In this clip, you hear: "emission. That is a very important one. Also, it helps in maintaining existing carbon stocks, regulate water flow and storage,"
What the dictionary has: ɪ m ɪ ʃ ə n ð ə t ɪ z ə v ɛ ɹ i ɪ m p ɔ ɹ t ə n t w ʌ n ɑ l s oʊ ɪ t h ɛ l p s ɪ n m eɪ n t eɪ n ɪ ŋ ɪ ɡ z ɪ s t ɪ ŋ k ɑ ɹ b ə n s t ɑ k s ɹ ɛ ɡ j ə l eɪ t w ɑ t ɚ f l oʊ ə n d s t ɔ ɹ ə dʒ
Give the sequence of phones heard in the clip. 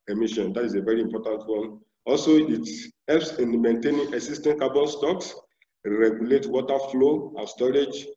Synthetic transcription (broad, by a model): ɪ m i ʃ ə n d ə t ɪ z ə v ɛ ɹ i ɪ m p ɔ t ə n t w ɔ n ɑ l s oʊ ɪ t h ɛ l p s ɪ n m eɪ n t eɪ n ɪ ŋ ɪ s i s t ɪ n k ɑ b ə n s t ɑ k s ɹ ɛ ɡ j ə l eɪ t w ɑ t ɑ f l oʊ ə s t ɔ ɹ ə dʒ